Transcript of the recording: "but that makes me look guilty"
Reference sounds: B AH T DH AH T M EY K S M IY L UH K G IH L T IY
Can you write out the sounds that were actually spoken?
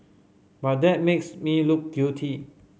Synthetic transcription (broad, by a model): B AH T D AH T M EY K S M IY L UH K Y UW T IY